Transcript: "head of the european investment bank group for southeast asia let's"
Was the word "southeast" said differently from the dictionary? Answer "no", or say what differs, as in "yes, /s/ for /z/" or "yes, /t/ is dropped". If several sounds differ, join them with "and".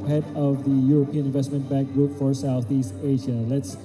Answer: no